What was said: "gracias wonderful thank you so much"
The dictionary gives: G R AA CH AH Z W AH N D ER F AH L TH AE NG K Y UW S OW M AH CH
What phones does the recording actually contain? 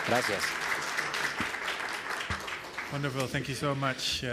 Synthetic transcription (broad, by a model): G R AA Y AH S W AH N D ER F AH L TH AE NG K Y UW S OW M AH CH